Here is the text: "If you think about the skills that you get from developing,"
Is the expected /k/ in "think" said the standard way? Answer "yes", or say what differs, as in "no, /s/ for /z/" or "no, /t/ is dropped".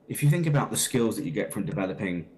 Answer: yes